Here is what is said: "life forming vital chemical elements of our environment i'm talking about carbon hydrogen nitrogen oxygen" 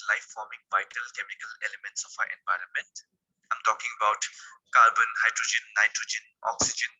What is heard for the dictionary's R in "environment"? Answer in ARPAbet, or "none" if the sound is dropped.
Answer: R